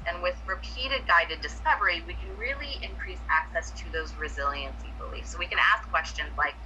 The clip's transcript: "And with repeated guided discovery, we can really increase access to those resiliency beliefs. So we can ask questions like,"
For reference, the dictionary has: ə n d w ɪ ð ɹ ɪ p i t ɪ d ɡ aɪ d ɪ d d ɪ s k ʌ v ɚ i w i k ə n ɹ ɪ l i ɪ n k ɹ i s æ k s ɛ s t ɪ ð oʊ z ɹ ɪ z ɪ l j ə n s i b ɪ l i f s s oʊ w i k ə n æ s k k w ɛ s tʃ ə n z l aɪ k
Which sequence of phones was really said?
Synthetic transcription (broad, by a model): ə n w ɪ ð ɹ ɪ p i t ɪ d ɡ aɪ d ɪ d d ɪ s k ʌ v ɚ i w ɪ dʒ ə ɹ ɪ l i ɪ n k ɹ i s æ k s ɛ s t ɪ ð oʊ z ɹ ɪ z ɪ l j ə n s i b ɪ l i f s s oʊ w i k ə n æ s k k w ɛ s tʃ ə n z l aɪ k